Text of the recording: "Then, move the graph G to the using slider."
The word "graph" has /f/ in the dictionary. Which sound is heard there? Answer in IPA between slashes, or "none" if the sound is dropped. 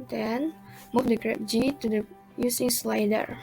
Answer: /p/